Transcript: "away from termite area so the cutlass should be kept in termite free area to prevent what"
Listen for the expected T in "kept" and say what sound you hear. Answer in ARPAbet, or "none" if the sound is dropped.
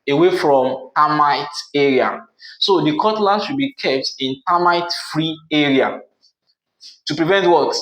T